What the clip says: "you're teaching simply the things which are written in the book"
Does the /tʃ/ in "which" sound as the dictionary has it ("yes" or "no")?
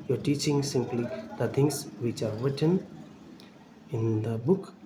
yes